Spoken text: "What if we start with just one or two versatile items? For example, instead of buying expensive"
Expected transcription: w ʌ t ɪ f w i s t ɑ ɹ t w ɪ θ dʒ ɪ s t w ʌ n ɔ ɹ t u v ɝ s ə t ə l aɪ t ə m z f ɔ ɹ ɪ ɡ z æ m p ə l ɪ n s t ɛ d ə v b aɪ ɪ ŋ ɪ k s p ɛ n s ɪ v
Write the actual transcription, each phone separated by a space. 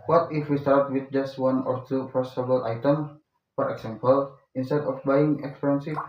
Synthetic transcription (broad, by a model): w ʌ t ɪ f w i s t ɑ ɹ t w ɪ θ dʒ ɪ s t w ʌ n ɔ ɹ t u p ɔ s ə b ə l aɪ t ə m f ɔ ɹ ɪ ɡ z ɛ m p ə l ɪ n s t ɛ d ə f b aɪ ɪ ŋ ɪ k s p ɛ n s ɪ